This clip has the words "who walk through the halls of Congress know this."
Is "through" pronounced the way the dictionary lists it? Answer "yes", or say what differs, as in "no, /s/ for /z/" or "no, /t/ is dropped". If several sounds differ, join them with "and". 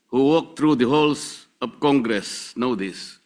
no, /t/ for /θ/